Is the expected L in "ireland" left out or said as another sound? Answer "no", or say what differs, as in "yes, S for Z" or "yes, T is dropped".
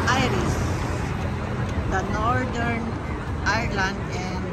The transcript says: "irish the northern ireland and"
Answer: no